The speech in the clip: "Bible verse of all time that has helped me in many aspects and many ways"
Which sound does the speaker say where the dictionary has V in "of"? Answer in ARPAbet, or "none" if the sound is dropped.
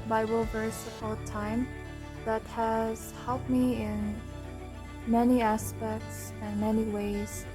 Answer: P